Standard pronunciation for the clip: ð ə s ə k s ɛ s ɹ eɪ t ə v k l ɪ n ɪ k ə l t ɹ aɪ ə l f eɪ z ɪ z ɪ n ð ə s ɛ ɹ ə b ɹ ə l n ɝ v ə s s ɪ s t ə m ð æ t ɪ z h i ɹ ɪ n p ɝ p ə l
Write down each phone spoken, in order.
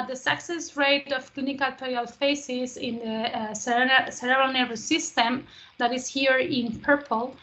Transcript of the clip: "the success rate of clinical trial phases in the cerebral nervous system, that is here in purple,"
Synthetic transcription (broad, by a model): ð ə s ə k s ɛ s ɹ eɪ t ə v k l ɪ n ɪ k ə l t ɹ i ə l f eɪ s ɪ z ɪ n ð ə s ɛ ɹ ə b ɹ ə n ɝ ə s s ɪ s t ə m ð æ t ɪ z h i ɹ ɪ n p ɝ p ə l